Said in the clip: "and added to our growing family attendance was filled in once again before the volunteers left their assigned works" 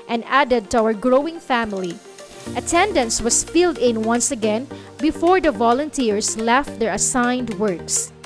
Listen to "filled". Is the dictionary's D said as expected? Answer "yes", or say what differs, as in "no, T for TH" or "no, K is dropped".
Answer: yes